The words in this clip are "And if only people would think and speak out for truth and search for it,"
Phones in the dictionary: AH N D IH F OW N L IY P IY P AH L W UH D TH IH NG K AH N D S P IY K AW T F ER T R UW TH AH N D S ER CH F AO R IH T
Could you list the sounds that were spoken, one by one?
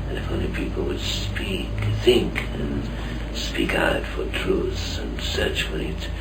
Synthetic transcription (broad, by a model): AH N IH F OW N L IY P IY P L W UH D TH IH NG K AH N S P IY K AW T F ER T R UW TH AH N S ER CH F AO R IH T